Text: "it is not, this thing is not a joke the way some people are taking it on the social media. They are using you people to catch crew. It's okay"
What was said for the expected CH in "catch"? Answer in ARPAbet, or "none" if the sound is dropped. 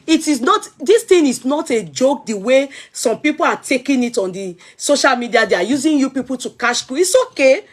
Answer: SH